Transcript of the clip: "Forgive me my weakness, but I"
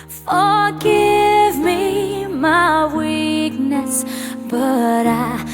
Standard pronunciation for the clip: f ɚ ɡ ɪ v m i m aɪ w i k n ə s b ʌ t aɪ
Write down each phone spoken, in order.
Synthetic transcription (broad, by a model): f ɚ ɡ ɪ v m i m aɪ w i k n ə s b ʌ t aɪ